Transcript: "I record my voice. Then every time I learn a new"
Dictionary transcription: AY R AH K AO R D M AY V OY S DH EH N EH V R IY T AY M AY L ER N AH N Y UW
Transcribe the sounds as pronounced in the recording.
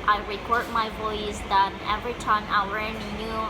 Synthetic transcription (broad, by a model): AY R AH K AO R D M AY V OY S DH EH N EH V R IY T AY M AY W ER AH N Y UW